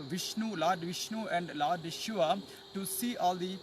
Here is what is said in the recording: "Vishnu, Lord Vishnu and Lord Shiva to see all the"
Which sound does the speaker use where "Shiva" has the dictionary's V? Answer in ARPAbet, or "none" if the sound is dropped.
none